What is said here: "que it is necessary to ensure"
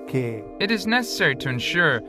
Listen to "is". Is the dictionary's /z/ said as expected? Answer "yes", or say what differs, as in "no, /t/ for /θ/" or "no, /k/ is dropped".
yes